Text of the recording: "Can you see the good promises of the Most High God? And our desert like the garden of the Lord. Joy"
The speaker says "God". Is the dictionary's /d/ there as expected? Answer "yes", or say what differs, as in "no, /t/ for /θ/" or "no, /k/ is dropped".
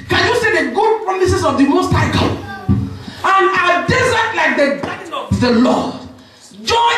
no, /d/ is dropped